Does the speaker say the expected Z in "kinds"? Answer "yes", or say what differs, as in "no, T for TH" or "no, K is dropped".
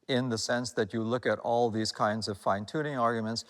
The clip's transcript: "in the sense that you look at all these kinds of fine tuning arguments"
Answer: yes